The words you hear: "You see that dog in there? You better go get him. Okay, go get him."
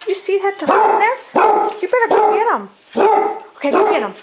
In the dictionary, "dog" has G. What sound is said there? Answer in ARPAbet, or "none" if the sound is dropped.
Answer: none